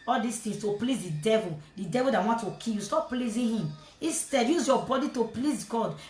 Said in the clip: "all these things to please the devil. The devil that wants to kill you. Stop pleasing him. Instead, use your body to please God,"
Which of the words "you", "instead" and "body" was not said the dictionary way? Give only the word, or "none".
instead